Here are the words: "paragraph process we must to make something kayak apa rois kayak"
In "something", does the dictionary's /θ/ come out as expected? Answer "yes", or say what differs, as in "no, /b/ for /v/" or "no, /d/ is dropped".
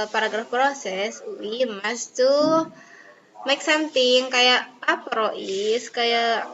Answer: no, /t/ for /θ/